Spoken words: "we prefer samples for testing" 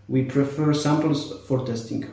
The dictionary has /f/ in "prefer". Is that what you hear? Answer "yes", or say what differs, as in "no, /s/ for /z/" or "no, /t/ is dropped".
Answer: yes